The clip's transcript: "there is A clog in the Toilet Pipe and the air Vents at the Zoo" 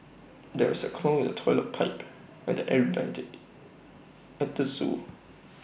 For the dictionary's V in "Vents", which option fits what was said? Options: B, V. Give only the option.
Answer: B